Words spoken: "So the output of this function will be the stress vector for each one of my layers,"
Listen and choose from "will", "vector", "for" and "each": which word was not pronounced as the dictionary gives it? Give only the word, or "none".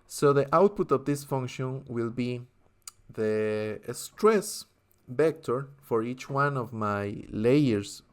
vector